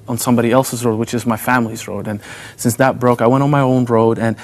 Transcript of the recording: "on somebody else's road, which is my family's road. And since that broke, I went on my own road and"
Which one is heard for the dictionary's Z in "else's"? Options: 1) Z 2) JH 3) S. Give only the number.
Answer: 1